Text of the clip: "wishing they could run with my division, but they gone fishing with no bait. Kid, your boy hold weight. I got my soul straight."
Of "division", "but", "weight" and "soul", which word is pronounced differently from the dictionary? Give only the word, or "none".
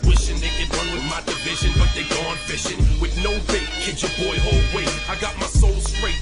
weight